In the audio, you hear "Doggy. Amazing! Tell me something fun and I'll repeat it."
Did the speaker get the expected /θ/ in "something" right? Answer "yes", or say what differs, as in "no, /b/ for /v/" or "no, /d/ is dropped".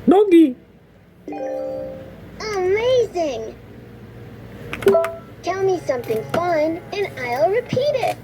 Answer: yes